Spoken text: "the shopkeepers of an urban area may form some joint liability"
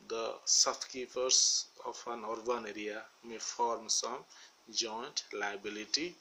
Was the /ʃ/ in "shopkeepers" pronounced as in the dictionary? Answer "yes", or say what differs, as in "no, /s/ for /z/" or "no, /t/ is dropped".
no, /s/ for /ʃ/